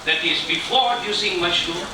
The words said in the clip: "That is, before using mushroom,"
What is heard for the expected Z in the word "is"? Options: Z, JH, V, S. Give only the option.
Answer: Z